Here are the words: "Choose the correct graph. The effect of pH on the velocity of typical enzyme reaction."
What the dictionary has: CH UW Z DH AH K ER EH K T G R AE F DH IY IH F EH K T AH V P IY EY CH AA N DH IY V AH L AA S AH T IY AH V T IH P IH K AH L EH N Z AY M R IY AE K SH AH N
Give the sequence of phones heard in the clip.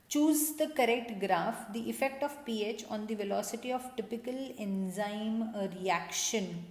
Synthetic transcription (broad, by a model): CH UW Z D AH K ER EH K T G R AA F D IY IH F EH K T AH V P IY EY CH AA N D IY V AH L AA S AH T IY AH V T IH P IH K AH L EH N Z AY M R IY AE K SH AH N